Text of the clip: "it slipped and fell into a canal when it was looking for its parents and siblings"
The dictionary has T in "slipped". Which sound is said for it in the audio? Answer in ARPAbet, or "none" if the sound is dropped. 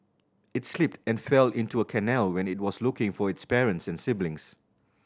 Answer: T